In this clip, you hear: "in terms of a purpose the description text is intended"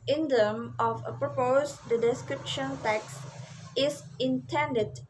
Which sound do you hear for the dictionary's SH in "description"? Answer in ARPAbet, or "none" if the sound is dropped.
SH